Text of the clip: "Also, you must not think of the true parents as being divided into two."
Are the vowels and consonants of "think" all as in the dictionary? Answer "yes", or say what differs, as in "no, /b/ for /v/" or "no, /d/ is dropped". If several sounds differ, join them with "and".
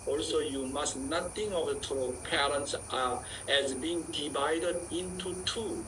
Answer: no, /k/ is dropped